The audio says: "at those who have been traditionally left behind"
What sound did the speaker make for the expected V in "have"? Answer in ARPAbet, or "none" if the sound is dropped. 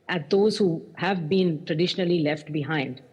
V